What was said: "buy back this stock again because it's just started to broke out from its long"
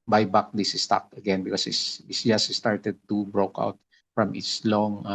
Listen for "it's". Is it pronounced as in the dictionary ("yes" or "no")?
no